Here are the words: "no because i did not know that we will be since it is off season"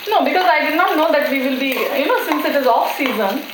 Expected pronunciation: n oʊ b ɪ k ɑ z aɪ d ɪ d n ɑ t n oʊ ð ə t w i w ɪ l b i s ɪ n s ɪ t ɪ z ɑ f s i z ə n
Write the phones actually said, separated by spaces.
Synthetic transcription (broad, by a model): n oʊ b ɪ k ɑ z aɪ d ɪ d n ɑ t n oʊ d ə t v i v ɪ l b i s ɪ n s ɪ t ɪ z ɑ f s i z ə n